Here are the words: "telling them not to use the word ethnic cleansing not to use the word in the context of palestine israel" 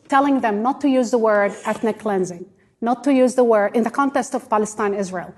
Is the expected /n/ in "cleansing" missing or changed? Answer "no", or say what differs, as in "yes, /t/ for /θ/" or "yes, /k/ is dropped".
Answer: no